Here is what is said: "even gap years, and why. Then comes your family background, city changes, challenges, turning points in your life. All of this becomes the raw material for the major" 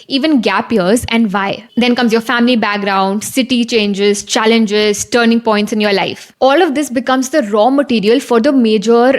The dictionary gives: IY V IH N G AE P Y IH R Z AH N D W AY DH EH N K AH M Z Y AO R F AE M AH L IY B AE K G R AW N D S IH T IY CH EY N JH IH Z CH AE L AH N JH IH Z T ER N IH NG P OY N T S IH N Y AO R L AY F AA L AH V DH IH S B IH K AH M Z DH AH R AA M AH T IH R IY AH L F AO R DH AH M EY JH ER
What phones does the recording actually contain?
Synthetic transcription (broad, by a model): IY V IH N G AE P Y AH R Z AH N D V AY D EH N K AH M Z Y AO R F AE M AH L IY B AE K G R AW N D S IH T IY CH EY N JH IH Z CH AE L AH N JH IH Z T ER N IH NG P OY N T S IH N Y AO R L AY F AA L AH V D IH S B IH K AH M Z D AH R AA M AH T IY R IY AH L F AO R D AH M EY JH ER